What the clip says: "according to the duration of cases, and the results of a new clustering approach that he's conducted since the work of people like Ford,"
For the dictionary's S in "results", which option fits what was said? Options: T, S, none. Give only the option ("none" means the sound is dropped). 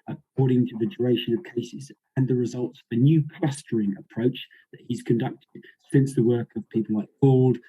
S